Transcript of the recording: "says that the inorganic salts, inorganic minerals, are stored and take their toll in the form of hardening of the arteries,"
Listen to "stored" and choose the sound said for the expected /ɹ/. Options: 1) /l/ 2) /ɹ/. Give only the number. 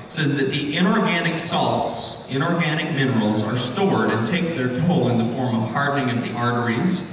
2